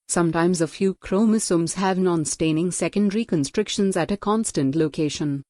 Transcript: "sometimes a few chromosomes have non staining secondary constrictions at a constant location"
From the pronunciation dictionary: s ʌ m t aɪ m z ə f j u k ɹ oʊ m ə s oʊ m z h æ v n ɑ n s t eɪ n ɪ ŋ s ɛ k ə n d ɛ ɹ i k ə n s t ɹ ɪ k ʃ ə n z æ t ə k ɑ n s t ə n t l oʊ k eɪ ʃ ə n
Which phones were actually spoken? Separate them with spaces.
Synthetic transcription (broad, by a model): s ʌ m t aɪ m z ə f j u k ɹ oʊ m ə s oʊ m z h æ v n ɑ n s t eɪ n ɪ ŋ s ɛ k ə n d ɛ ɹ i k ə n s t ɹ ɪ k ʃ ə n z æ t ə k ɑ n s t ə n t l oʊ k eɪ ʃ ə n